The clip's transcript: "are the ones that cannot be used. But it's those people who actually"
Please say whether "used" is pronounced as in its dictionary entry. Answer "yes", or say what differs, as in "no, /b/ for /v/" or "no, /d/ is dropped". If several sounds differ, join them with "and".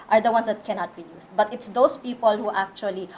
no, /s/ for /z/